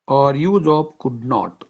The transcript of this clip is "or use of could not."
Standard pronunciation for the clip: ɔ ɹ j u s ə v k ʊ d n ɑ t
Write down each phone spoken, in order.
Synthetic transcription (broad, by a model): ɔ ɹ j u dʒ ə p k ʊ d n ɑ t